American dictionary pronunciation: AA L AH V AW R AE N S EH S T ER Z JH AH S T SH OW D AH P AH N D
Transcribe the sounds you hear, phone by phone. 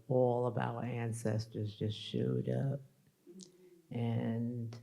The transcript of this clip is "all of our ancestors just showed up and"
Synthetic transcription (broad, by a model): AA L AH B AW R AE N S EH S T ER Z JH AH S T SH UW D AH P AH N